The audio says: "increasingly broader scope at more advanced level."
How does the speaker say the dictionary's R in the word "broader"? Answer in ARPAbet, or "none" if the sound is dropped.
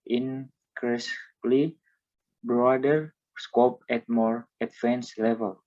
R